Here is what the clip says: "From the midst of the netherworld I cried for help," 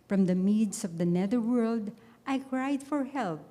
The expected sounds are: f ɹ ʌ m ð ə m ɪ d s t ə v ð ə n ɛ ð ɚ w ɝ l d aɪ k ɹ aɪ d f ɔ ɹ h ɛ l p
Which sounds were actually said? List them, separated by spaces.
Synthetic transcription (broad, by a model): f ɹ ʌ m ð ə m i d s ə v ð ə n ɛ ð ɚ w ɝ l d aɪ k ɹ aɪ d f ɔ ɹ h ɛ l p